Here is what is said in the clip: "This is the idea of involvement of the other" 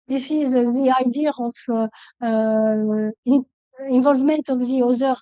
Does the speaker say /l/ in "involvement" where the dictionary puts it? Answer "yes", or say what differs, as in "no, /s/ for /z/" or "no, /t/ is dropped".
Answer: yes